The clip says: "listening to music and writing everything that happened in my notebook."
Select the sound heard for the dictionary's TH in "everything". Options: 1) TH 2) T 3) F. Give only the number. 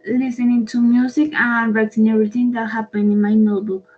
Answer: 2